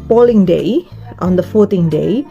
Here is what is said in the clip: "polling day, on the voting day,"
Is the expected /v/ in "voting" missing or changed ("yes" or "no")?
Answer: yes